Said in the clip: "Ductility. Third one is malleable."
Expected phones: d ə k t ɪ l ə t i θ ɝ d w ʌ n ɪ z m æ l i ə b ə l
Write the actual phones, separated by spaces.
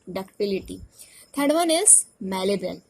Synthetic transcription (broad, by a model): d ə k t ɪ l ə t i t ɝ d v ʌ n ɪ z m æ l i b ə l